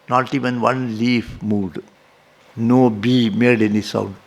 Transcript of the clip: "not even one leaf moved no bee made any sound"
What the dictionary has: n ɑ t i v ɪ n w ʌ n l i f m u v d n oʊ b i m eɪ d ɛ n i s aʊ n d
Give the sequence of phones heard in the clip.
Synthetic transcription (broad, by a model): n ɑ t i v ɪ n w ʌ n l i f m u d n oʊ b i m eɪ d ɛ n i s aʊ n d